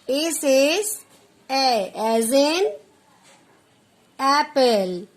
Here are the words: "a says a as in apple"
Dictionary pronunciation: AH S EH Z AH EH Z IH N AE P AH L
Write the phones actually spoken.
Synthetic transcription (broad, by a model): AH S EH S AH EH Z IH N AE P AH L